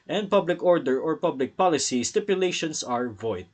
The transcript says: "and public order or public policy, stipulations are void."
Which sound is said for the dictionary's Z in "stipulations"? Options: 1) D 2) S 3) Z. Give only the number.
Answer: 2